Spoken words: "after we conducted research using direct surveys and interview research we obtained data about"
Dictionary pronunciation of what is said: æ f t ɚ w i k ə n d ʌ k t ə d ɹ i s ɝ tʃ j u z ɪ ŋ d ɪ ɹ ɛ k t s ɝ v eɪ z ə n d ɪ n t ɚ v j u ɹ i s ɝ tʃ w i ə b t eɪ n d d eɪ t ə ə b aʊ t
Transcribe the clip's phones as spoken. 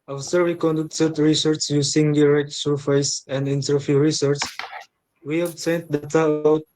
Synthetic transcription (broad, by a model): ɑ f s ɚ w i k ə n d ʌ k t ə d ɹ i s ɝ tʃ j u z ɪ ŋ d ɪ ɹ ɛ k t s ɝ f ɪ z ə n d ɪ n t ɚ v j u ɹ i s ɝ tʃ w i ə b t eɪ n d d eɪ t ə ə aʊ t